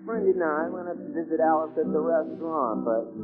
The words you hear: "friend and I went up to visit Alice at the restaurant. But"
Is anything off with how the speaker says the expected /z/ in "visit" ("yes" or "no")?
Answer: no